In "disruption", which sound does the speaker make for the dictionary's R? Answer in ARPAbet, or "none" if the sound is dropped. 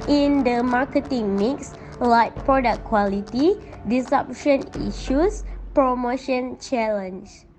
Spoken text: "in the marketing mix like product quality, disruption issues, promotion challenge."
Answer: none